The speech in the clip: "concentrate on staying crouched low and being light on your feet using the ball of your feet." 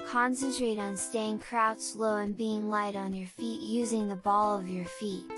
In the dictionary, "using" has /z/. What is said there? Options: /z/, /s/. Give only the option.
/z/